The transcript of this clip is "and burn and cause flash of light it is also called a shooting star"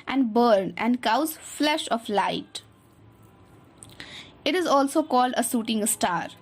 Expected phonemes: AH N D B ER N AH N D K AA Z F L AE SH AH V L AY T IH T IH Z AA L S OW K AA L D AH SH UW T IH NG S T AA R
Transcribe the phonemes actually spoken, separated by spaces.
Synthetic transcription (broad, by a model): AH N D B ER N AH N D K AA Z F L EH SH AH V L AY T IH T IH Z AA L S OW K AA L D AH S UW T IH NG S T AA R